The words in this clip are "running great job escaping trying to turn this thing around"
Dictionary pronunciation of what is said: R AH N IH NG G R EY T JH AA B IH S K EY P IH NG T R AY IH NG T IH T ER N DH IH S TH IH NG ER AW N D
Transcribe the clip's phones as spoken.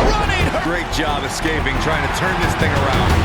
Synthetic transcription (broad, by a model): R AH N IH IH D R EY T JH AA B IH S K EY P IH NG T R AY IH NG T IH T ER N DH IH S TH IH NG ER AW N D